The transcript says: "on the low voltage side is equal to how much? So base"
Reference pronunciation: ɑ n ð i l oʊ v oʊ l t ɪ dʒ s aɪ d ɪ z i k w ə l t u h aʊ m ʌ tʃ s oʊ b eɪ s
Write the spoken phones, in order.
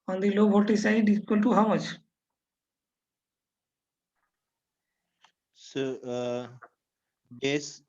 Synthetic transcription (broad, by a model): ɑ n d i l oʊ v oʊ t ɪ s aɪ d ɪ i k w ə l t u h aʊ m ʌ tʃ s oʊ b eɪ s